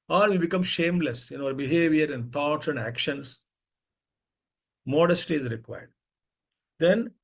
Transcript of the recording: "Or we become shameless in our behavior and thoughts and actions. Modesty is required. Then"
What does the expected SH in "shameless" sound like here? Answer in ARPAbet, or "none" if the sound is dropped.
SH